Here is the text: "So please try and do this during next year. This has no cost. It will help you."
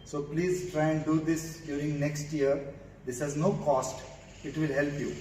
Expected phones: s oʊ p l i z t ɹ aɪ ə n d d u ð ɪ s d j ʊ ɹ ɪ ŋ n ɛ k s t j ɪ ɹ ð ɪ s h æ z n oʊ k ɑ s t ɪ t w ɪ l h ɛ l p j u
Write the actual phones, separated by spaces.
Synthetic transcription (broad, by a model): s oʊ p l i z t ɹ aɪ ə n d d u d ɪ s d j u ɹ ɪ ŋ n ɛ k s t j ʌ ɹ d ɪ s h æ z n oʊ k ɑ s t ɪ t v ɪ l h ɛ l p j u